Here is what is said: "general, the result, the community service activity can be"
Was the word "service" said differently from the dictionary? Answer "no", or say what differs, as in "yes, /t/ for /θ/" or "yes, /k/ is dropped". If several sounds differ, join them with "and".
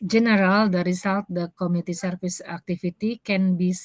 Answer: yes, /f/ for /v/